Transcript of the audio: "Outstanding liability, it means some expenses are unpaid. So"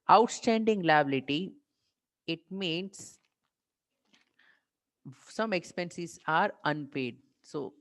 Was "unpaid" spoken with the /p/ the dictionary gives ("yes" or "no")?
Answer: yes